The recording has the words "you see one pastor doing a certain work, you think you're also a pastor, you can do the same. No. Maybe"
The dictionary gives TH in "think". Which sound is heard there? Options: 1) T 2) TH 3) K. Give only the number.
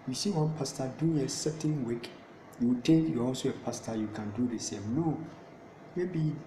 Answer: 1